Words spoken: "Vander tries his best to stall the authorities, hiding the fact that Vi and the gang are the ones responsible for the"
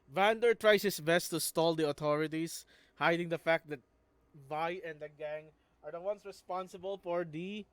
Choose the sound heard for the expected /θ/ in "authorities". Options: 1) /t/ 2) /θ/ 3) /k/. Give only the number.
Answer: 1